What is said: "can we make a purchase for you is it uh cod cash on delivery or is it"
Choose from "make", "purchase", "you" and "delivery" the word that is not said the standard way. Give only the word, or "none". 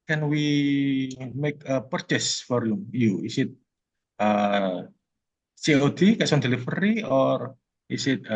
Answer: delivery